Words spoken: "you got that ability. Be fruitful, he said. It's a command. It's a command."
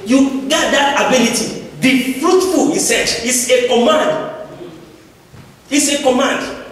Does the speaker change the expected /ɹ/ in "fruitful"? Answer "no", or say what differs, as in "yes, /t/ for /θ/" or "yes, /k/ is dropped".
no